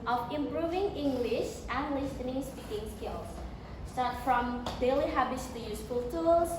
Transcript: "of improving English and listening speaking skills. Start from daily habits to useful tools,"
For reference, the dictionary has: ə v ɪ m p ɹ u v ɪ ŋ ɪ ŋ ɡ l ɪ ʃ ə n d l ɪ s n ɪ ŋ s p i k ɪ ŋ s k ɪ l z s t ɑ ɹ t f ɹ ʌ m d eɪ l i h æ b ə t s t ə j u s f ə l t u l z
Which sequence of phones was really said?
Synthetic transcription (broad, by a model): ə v ɪ m p ɹ u v ɪ ŋ ɪ ŋ ɡ l ɪ ʃ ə n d l ɪ s n ɪ ŋ s p i k ɪ ŋ s k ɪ l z s t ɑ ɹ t f ɹ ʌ m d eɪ l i h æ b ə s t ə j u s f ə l t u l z